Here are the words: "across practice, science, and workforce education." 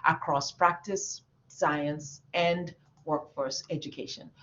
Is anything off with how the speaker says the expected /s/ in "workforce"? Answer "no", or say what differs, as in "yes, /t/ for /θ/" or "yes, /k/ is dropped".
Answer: no